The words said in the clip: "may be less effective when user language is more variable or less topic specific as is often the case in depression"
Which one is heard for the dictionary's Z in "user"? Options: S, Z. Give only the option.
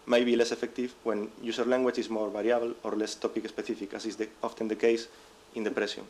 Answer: S